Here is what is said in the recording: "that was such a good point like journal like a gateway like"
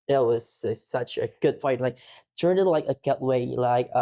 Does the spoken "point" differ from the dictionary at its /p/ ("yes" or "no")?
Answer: yes